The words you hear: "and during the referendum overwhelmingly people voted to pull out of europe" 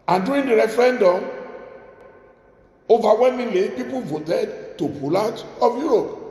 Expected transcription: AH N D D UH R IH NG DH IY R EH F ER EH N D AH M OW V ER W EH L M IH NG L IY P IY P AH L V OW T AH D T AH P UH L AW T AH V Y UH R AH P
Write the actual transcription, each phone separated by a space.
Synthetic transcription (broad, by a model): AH N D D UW IH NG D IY R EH F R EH N D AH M OW V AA W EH M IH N L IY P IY P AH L V OW T AH D T AH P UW L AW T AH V Y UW R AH P